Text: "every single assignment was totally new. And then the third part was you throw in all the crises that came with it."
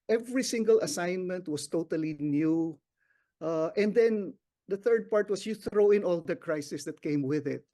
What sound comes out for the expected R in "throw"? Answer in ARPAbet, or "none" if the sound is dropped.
R